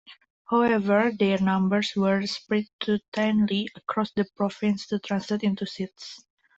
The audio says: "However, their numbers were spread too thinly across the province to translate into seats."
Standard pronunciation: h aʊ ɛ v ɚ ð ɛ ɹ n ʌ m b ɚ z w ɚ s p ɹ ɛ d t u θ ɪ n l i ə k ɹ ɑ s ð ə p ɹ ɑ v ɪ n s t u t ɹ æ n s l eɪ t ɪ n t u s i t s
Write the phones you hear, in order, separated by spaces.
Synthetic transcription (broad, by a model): h aʊ ɛ v ɚ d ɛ ɹ n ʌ m b ɚ s w ɚ s p ɹ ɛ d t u t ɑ n l i ə k ɹ ɑ s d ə p ɹ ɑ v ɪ n s t u t ɹ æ n s l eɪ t ɪ n t u s i t s